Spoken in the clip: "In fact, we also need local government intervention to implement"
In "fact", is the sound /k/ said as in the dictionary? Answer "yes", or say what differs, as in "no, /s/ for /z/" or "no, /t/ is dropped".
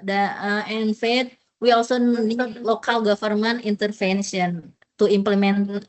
no, /k/ is dropped